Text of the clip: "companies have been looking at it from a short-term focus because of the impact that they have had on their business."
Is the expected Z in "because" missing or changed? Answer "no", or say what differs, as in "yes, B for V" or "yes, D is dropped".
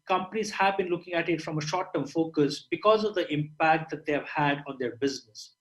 no